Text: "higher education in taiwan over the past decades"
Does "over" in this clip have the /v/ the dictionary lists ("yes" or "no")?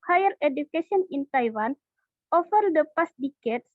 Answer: no